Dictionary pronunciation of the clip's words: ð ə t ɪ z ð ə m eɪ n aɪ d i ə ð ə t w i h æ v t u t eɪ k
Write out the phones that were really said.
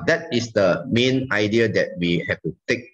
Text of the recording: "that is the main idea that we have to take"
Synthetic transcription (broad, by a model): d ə t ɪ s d ə m eɪ n aɪ d i ə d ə t w i h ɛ f t u t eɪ k